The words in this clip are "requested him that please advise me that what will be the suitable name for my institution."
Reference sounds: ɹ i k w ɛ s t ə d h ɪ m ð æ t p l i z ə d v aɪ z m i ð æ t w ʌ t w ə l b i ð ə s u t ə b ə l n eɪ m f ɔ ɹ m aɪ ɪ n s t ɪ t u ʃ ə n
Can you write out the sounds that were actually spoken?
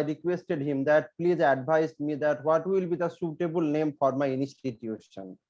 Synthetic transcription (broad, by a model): ɹ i k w ɛ s t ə d h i m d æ t p l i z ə d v aɪ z m i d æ t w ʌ t w ə l b i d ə s u t ə b ə l n eɪ m f ɔ ɹ m aɪ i n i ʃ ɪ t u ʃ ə n